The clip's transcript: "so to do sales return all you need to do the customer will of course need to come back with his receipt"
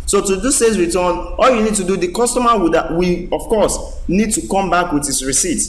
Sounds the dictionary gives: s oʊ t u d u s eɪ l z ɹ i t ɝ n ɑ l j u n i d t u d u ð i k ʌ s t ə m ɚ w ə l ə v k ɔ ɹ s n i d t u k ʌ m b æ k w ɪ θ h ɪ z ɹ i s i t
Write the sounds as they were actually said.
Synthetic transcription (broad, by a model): s oʊ t u d u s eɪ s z ɹ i t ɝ n ɑ l j u n i d t u d u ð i k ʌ s t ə m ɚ w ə w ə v k ɔ s n i d t u k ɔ m b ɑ k w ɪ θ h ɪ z ɹ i s i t